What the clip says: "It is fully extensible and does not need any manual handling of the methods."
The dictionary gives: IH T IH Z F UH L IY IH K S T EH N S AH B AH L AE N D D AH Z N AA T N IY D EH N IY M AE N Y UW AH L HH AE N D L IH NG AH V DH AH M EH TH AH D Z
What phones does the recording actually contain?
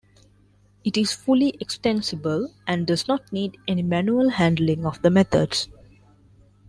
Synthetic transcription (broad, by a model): IH T IH Z F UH L IY IH K S T EH N S AH B AH L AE N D D AH Z N AA T N IY D EH N IY M AE N Y UW AH L HH AE N D L IH NG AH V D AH M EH T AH D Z